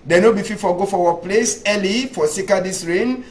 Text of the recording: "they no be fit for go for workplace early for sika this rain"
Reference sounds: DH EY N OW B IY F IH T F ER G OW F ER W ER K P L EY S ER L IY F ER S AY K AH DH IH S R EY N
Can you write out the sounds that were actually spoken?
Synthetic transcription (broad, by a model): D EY N OW B IY F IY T F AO G OW F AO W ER P L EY S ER L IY F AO S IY K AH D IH S R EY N